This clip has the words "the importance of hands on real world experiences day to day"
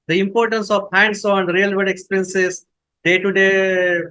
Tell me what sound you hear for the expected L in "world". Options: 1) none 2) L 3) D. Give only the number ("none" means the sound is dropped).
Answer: 1